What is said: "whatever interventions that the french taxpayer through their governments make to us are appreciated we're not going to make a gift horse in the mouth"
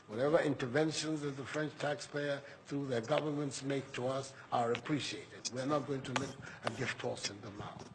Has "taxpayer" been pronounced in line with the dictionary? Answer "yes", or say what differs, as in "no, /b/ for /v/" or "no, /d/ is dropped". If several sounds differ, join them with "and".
yes